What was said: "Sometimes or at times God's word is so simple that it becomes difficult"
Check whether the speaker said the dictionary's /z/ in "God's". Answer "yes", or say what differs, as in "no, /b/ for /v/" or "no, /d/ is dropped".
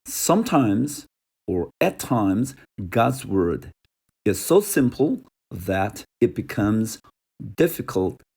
yes